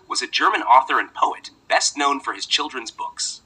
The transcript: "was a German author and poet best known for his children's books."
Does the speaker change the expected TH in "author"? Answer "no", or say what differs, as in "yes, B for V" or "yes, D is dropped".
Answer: no